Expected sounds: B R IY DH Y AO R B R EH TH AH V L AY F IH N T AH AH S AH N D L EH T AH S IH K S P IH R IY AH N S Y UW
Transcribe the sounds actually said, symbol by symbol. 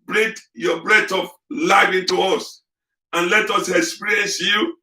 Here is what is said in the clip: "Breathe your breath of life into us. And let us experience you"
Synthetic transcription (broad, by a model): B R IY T Y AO B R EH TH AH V L AY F IH N T AH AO S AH N L EH T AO S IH K S P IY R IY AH N S Y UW